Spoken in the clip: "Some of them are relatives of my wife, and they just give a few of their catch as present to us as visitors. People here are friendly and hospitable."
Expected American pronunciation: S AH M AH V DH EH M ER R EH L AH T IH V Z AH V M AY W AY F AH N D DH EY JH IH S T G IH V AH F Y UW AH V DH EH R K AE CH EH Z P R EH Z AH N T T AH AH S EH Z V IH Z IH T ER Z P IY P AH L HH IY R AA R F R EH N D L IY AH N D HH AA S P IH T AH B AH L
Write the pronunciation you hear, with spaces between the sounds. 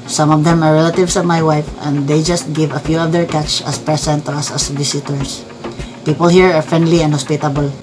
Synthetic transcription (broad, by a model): S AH M AH V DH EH M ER R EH L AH T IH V S AH V M AY W AY F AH N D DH EY JH IH S T G IH V AH F Y UW AH V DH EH R K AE CH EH S P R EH S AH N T T AH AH S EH S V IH S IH T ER S P IY P AH L HH IY R AA R F R EH N D L IY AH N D HH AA S P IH T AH B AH L